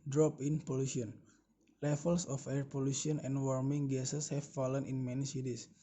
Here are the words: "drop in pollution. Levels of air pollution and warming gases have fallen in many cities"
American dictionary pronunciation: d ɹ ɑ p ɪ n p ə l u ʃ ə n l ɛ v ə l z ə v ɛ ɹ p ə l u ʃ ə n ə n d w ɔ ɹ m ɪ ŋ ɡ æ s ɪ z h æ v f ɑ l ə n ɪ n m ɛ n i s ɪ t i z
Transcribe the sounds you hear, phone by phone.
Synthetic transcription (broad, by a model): d ɹ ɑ p ɪ n p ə l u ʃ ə n l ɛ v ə l s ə f ɛ ɹ p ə l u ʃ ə n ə n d w ɔ ɹ m ɪ ŋ ɡ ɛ s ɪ s h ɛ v f ɑ l ə n ɪ n m ɛ n i s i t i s